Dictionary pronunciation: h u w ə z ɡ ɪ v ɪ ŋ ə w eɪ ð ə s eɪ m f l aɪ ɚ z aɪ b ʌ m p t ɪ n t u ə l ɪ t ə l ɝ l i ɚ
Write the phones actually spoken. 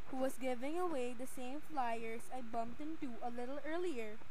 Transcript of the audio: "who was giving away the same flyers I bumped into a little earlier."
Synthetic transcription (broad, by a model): h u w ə s ɡ ɪ v ɪ ŋ ə w eɪ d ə s eɪ m f l aɪ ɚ s aɪ b ʌ m p t ɪ n t u ə l ɪ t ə l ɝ l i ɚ